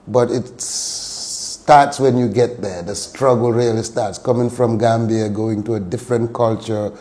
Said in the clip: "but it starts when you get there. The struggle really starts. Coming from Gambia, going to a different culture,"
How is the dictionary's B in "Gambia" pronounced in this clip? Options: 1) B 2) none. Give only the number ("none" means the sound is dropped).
1